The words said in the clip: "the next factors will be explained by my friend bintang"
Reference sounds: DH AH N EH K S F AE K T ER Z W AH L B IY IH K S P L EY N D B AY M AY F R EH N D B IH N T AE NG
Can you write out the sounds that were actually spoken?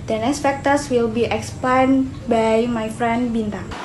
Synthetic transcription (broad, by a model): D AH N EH S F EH K T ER S W AH L B IY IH K S P EY N B AY M AY F R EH N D B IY N T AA NG